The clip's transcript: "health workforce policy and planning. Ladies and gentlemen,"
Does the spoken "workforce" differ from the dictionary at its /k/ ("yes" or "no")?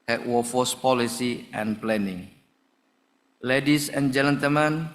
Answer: yes